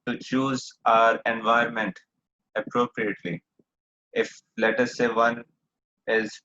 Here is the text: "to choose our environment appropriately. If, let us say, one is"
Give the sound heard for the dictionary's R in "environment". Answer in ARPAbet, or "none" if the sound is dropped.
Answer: none